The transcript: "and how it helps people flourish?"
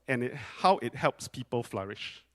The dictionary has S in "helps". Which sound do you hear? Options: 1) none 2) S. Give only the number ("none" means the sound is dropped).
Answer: 2